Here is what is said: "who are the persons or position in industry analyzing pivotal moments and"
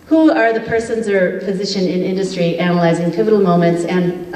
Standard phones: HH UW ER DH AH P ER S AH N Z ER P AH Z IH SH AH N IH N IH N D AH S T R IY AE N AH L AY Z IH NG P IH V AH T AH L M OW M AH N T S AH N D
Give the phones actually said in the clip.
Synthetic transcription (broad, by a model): HH UW ER DH AH P ER S AH N Z ER P AH Z IH SH AH N IH N IH N D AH S T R IY AE N AH L AY Z IH NG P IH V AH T L M OW M AH N T S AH N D